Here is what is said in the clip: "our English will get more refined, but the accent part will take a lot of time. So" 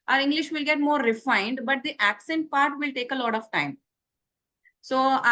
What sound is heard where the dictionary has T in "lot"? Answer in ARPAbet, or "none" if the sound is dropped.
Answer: T